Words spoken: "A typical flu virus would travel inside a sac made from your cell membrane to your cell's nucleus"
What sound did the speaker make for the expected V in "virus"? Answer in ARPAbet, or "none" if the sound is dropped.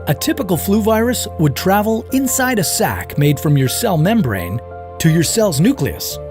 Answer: V